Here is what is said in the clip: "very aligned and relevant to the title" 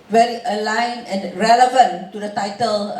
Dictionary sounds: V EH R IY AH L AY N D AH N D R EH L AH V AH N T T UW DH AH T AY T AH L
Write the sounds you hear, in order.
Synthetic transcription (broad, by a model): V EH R IY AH L AY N AH N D R EH L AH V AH N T T UW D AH T AY T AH L